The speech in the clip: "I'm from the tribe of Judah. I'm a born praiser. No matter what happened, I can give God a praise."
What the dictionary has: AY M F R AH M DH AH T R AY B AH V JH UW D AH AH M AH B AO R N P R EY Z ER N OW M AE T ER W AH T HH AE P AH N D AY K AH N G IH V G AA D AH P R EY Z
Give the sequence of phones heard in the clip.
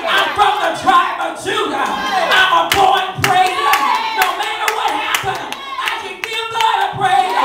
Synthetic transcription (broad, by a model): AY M F R AH M DH AH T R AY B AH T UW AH AH M AH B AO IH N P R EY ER N OW M AE T ER W AH T HH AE P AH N AY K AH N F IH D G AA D AH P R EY